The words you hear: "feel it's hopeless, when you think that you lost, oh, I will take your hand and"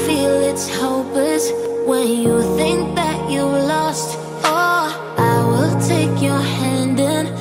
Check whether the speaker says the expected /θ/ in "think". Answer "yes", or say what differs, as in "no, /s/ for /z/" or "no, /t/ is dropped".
yes